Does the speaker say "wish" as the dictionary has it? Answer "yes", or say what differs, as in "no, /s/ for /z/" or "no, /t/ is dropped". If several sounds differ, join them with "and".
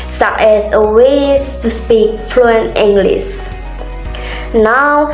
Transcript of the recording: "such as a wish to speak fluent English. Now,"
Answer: no, /s/ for /ʃ/